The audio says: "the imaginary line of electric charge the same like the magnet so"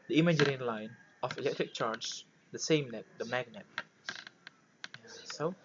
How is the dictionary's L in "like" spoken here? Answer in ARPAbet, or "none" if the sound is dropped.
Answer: N